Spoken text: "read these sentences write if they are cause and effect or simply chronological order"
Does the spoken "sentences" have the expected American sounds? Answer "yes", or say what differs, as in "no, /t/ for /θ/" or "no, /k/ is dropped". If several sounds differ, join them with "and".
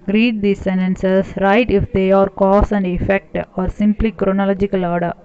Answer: no, /s/ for /z/